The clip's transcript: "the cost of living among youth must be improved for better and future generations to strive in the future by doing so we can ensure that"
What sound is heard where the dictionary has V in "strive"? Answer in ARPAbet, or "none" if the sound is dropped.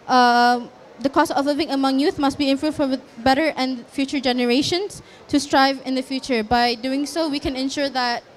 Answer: V